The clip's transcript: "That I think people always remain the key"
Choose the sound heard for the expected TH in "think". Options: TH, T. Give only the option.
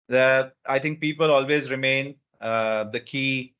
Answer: T